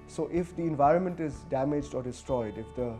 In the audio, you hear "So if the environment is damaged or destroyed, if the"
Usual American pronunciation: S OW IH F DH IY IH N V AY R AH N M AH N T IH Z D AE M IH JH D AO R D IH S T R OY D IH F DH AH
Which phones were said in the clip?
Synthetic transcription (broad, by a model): S OW IH F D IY IH N V AY R AH N M AH N T IH Z D AE M IH JH D AO R D IH S T R OY D IH F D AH